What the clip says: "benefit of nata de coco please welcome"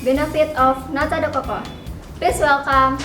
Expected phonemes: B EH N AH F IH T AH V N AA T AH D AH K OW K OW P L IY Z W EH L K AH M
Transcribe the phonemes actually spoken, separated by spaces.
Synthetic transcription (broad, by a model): B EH N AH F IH T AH F N AA T AH D AH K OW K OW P IY S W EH L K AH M